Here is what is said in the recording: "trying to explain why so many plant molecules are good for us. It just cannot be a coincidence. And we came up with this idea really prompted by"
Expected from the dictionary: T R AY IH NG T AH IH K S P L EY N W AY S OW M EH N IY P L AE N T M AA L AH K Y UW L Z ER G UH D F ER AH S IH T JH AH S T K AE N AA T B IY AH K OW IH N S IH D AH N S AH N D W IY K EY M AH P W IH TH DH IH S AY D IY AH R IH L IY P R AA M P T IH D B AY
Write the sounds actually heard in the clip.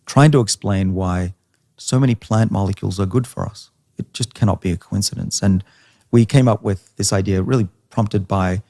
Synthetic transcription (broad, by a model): T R AY IH NG T AH IH K S P L EY N W AY S OW M EH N IY P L AE N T M AA L AH K Y UW L Z ER G UH D F ER AH S IH T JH AH S K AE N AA T B IY AH K OW IH N S IH D AH N S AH N W IY K EY M AH P W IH DH IH S AY D IY AH R IH L IY P R AA M P T IH D B AY